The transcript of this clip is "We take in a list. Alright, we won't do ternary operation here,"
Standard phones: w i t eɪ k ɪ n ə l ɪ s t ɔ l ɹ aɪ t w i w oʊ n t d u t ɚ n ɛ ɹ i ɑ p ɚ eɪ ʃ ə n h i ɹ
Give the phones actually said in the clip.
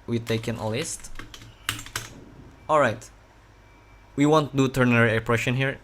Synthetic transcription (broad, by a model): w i t eɪ k ɪ n ə l ɪ s t ɔ l ɹ aɪ t w i w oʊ n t d u t ɚ n ɛ ɹ i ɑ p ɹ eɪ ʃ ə n h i ɹ